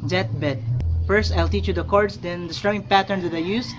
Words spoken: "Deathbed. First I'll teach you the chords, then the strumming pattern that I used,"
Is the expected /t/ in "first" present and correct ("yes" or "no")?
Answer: yes